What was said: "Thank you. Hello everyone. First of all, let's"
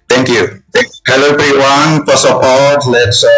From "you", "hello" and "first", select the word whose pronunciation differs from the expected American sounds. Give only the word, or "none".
first